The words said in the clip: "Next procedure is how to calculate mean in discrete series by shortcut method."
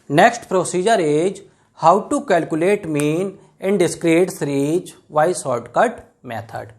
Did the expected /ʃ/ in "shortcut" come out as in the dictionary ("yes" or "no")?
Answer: no